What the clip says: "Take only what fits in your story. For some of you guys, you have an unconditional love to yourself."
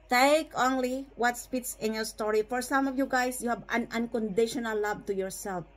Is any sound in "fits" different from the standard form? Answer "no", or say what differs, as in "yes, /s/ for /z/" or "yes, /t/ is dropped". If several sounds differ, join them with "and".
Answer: yes, /p/ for /f/